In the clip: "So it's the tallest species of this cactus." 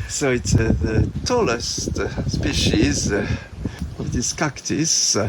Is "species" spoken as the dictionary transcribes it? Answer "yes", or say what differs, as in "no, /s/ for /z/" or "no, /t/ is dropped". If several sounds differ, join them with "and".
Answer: yes